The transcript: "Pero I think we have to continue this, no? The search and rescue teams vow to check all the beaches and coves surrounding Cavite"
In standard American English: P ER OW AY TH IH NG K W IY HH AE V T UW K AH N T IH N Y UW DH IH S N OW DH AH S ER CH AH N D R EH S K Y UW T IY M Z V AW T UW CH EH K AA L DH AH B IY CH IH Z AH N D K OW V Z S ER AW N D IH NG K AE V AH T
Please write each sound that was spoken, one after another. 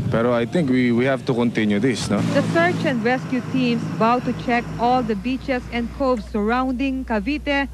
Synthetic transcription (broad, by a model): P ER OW AY T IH NG K W IY HH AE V T UW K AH N T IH N Y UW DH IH S N OW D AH S ER CH AH N D R EH S K Y UW T IY M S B AW T UW CH EH K AA L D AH B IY CH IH S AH N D K OW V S S ER AW N D IH NG K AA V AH T